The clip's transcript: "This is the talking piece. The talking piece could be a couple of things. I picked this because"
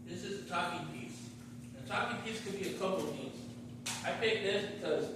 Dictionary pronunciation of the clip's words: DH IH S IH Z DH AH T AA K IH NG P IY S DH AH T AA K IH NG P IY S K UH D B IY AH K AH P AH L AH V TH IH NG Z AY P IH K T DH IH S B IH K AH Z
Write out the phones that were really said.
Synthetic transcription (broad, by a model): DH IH S IH Z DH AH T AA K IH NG P IY S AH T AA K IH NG P IY S K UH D B IY AH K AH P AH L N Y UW Z AY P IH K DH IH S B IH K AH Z